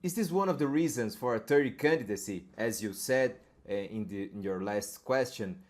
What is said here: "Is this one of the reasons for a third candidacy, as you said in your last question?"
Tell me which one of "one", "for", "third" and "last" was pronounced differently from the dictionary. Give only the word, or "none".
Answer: third